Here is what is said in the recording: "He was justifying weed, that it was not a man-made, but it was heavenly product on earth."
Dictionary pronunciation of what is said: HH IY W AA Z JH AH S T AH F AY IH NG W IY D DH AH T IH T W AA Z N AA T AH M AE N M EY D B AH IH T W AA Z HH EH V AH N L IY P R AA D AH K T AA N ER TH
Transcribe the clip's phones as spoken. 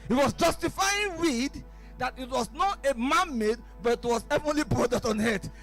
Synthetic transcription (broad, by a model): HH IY W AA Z JH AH S T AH F AY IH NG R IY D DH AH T IH T W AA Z N AA T AH M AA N M EY D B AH IH T W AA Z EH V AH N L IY B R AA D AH T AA N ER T